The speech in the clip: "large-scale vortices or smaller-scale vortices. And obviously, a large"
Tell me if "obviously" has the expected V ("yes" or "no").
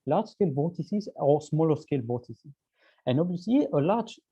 no